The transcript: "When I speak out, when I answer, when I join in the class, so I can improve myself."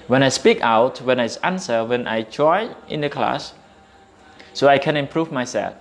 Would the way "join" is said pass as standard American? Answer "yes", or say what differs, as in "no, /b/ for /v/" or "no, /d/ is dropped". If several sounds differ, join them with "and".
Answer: no, /n/ is dropped